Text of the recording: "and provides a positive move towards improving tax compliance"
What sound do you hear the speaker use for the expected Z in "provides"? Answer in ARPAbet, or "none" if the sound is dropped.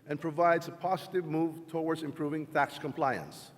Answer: Z